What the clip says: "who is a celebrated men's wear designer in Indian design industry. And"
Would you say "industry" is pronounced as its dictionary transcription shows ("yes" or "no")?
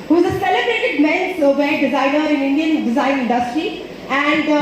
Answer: yes